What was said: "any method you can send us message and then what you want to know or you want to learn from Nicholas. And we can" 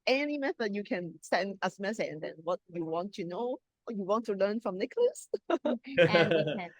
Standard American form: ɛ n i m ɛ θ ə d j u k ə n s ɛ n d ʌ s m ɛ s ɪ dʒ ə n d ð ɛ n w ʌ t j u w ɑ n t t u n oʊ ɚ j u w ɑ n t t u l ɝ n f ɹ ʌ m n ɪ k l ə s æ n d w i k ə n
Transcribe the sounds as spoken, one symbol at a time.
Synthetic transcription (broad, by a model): ɛ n i m ɛ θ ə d j u k ə n s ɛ n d ʌ s m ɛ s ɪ tʃ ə n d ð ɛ n w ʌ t j u w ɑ n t t u n oʊ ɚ j u w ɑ n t t u l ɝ n f ɹ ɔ m n ɪ k l ə s